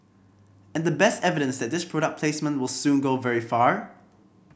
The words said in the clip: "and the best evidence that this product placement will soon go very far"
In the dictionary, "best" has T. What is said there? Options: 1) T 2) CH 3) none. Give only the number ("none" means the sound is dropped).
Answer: 1